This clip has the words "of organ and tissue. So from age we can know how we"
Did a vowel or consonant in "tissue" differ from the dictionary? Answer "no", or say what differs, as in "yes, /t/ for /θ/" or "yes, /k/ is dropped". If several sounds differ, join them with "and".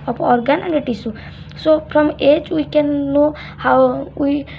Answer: yes, /s/ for /ʃ/